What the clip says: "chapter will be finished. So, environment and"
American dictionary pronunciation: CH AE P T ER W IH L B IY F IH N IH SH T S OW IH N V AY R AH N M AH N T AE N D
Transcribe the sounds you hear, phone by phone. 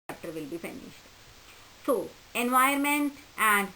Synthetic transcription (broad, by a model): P T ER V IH L B IY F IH N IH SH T S OW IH N V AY AH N M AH N T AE N D